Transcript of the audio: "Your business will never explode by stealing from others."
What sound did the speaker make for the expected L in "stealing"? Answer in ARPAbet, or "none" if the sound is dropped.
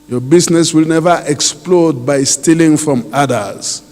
L